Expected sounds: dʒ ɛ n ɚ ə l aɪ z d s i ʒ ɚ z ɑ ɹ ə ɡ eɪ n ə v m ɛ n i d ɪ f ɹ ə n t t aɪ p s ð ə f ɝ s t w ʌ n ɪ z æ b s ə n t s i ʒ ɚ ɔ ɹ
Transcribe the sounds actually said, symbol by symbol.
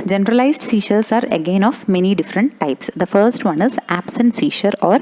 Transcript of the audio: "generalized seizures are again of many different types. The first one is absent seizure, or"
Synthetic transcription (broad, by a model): dʒ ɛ n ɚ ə l aɪ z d s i ʃ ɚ s ɑ ɹ ə ɡ eɪ n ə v m ɛ n i d ɪ f ɹ ə n t t aɪ p s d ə f ɝ s t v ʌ n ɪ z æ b s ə n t s i ʃ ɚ ɔ ɹ